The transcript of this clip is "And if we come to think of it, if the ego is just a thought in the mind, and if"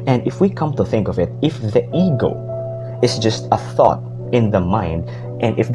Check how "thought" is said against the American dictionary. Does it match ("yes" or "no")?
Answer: yes